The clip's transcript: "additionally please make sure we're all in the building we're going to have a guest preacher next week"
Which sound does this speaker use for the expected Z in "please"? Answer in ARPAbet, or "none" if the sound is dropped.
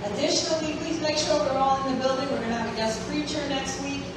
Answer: Z